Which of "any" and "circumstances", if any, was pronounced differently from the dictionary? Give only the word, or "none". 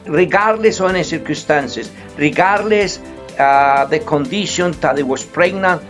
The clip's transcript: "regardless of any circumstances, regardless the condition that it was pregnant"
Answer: circumstances